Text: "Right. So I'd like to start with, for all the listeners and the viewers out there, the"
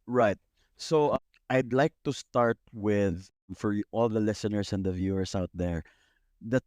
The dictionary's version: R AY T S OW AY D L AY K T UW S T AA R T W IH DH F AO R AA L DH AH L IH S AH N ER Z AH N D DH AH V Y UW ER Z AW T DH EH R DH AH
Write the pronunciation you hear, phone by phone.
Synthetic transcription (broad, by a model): R AY T S OW AY D L AY K T UW S T AA R T W IH DH F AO R AA L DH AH L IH S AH N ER S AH N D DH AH V Y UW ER S AW T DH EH R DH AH